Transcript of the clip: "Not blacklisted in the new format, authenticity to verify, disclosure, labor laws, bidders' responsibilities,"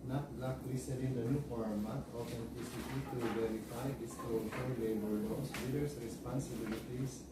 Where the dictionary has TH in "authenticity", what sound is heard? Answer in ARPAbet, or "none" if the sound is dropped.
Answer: T